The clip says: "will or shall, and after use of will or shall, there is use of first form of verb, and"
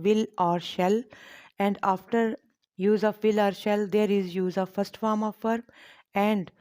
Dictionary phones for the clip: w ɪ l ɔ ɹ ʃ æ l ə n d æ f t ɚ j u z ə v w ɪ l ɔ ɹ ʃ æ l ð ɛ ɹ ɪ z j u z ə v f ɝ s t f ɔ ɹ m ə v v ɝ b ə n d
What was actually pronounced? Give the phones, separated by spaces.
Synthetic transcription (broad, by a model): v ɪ l ɔ ɹ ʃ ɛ l ə n d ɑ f t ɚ j u z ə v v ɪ l ɔ ɹ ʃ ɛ l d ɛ ɹ ɪ z j u z ə v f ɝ s t f ɔ ɹ m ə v f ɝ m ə n d